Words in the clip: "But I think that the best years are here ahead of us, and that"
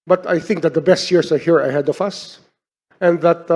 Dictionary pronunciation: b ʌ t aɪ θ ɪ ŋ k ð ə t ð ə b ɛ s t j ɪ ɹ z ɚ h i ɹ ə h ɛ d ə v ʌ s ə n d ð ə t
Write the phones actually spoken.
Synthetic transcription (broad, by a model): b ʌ t aɪ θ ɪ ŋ k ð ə t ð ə b ɛ s t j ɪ ɹ s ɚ h i ɹ ə h ɛ d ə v ʌ s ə n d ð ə t